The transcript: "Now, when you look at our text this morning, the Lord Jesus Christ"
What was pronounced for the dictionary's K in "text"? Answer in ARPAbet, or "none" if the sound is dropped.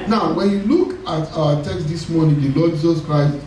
K